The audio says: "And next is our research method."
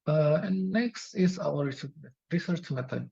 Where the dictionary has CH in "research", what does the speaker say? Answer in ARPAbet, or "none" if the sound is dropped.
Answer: CH